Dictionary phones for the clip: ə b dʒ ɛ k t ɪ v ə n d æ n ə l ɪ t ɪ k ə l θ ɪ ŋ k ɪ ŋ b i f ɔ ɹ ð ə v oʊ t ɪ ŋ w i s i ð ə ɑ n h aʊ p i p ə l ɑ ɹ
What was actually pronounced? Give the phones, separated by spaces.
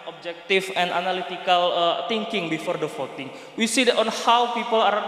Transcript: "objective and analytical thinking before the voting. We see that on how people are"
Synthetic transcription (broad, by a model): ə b dʒ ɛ k t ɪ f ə n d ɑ n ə l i t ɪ k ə l t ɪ ŋ k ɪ ŋ b i f ɔ ɹ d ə f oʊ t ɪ ŋ w i s i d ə ɑ n h aʊ p i p ə l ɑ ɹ